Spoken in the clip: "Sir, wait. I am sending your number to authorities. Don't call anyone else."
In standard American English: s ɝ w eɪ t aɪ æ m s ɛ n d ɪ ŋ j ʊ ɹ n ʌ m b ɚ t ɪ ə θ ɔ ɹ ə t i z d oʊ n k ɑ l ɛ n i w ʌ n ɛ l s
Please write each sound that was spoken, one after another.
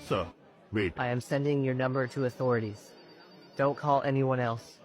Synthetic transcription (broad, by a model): s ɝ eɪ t aɪ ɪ m s ɛ n d ɪ ŋ j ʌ ɹ n ʌ m b ɚ t ɪ ə θ ɔ ɹ ə t i z d oʊ n k ɑ l ɛ n i w ʌ n ɛ l s